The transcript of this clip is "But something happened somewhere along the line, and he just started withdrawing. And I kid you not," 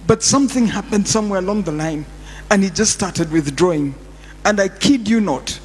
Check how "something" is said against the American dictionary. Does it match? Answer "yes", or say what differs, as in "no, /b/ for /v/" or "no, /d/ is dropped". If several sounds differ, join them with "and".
yes